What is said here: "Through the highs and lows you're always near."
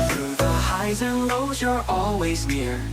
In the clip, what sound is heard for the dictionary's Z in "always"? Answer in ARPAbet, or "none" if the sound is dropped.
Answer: Z